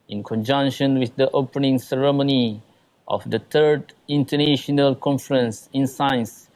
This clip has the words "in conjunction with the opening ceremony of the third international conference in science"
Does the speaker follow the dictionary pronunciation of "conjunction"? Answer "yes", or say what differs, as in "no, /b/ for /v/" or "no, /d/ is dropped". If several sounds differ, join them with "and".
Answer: yes